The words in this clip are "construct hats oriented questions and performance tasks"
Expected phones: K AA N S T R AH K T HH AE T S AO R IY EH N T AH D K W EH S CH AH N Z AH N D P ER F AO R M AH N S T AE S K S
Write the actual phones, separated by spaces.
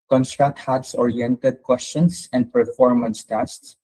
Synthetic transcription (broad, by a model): K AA N S T R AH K T HH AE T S AO R IY EH N T AH D K W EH S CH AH N S AH N D P ER F AO R M AH N S T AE S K S